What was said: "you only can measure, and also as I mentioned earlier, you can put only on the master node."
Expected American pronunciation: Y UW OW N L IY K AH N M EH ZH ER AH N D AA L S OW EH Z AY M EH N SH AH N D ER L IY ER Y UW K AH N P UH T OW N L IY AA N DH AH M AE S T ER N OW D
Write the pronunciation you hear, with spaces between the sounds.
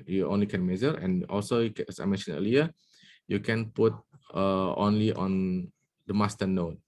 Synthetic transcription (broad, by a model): Y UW OW N L IY K AH N M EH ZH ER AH N AA L S OW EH S AY M EH N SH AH N ER L IY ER Y UW K AH N P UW T OW N L IY AA N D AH M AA S T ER N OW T